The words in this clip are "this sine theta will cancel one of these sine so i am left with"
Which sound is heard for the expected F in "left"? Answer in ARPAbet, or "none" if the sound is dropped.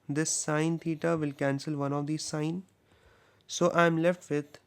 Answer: F